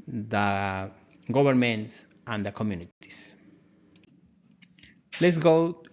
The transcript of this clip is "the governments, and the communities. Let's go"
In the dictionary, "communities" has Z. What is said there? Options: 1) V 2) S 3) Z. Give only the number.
2